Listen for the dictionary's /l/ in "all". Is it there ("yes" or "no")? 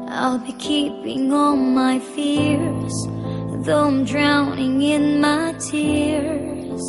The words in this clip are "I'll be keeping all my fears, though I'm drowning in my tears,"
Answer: no